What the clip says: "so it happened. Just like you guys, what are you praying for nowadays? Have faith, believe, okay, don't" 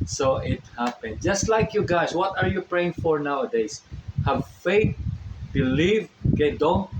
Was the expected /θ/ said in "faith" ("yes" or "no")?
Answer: no